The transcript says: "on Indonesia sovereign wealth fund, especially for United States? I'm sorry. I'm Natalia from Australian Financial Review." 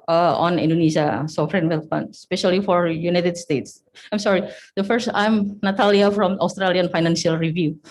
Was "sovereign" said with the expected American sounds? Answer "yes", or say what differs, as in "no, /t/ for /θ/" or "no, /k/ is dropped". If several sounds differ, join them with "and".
no, /f/ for /v/